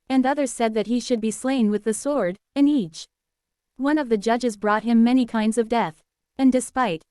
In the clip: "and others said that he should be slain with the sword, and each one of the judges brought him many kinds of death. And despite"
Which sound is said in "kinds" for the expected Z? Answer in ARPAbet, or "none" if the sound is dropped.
Z